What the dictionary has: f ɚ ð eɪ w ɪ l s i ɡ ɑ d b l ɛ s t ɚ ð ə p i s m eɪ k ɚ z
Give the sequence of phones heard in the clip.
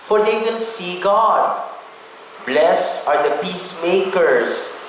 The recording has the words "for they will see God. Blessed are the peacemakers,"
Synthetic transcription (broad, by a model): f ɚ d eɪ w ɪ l s i ɡ ɑ d b l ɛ s ɚ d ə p i s m eɪ k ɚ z